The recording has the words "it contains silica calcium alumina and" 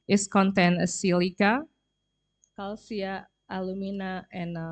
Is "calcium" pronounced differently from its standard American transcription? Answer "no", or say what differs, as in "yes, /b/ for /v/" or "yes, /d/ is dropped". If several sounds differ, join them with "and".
yes, /m/ is dropped